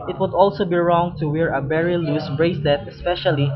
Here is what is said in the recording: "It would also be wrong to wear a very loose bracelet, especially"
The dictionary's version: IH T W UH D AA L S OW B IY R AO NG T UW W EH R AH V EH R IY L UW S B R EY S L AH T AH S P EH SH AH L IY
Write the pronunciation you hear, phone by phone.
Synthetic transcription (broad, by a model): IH T W UH D AA L S OW B IY R AO NG T UW W EH R AH B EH R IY L UW S B R EY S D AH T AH S P EH SH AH L IY